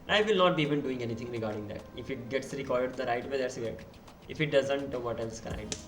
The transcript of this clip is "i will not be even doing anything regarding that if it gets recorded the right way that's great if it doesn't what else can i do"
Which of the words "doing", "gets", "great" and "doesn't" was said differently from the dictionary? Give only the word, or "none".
great